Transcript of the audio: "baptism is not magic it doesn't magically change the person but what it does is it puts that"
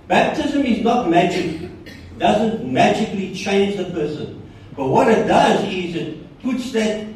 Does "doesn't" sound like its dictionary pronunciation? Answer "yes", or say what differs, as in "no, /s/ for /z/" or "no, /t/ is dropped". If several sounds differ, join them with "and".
yes